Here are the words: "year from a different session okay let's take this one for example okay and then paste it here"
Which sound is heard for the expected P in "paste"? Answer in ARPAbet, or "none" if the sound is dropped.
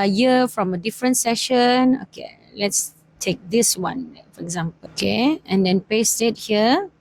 P